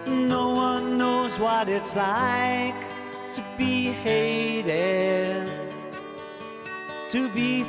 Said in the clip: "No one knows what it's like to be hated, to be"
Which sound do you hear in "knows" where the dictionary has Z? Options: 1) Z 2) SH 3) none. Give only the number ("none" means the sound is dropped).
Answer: 1